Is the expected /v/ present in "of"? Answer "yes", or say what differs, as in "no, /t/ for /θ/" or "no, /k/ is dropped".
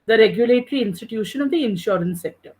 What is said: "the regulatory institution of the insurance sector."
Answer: yes